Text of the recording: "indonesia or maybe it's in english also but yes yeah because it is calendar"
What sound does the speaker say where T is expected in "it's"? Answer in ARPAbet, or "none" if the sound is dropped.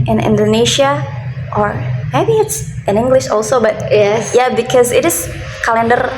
T